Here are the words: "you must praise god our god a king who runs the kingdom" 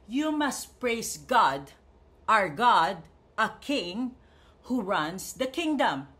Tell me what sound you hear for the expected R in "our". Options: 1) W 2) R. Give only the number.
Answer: 2